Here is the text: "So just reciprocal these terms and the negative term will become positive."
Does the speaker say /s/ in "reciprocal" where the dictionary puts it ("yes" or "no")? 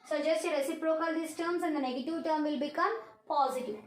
yes